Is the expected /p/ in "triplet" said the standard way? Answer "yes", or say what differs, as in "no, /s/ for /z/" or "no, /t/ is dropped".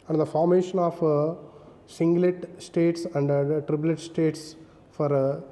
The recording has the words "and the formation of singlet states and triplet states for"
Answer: no, /b/ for /p/